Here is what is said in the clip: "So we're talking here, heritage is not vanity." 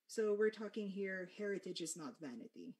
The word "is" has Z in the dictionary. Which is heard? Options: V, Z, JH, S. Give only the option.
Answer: Z